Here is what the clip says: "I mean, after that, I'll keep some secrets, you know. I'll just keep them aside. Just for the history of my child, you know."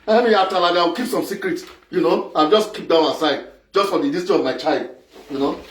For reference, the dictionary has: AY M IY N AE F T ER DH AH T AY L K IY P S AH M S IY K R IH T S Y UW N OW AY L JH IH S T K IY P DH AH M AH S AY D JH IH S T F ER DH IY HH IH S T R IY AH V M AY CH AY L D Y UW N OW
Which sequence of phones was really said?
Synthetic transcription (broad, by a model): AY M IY AA T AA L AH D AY W K IY P S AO M S IY K R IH T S Y UW N OW AY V JH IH S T K IY P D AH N AH S AY D JH IH S T F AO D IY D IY S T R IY AH V M AY CH AY L D Y UW N OW